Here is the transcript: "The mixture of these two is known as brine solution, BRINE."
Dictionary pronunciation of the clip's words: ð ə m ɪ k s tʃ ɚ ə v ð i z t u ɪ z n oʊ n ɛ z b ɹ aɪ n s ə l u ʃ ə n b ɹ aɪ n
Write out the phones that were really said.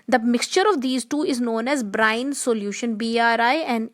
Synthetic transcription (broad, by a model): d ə m ɪ k s tʃ ɚ ə v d i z t u ɪ z n oʊ n ɛ z b ɹ aɪ n s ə l u ʃ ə n b ɹ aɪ n